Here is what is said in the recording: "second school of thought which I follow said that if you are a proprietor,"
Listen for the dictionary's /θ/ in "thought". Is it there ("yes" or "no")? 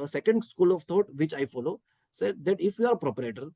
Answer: no